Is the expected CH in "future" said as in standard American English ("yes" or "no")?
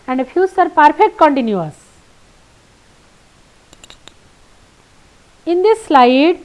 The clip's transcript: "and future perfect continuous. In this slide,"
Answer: no